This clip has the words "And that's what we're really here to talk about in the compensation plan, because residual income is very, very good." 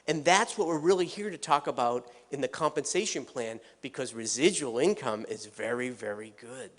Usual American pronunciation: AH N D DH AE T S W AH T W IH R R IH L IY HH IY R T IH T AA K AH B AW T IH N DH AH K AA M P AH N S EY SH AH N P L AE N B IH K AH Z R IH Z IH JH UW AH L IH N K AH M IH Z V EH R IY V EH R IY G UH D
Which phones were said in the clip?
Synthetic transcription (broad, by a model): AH N DH AE T S W AH T W IH R R IH L IY HH IY R T IH T AA K AH B AW T IH N DH AH K AA M P AH N S EY SH AH N P L AE N B IH K AH Z R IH Z IH JH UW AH L IH N K AH M IH Z V EH R IY V EH R IY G UH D